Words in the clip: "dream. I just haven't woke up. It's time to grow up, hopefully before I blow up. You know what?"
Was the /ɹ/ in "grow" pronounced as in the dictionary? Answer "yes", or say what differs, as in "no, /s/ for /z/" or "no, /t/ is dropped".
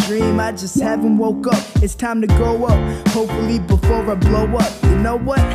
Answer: no, /ɹ/ is dropped